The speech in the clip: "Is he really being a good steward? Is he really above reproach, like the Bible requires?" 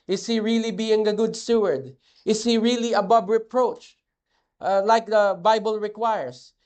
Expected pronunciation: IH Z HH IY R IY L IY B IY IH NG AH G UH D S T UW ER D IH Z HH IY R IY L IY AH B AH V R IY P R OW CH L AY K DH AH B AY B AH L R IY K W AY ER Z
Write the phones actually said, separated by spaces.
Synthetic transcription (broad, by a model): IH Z HH IY R IY L IY B IY IH NG AH G UH D S T UW ER D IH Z HH IY R IY L IY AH B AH B R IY P R OW CH L AY K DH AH B AY B AH L R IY K W AY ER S